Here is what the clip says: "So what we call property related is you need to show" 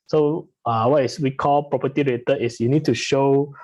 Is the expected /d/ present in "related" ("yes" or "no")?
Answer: no